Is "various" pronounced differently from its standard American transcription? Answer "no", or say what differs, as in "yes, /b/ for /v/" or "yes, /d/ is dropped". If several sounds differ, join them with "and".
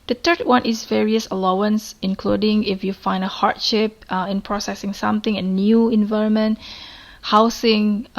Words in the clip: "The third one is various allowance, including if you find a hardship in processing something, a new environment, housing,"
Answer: no